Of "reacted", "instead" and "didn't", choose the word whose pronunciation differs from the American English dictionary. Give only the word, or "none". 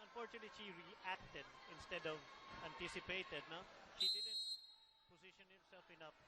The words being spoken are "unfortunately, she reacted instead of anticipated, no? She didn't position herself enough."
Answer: none